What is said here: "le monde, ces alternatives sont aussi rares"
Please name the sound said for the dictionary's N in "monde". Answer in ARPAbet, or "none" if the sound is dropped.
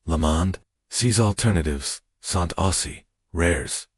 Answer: N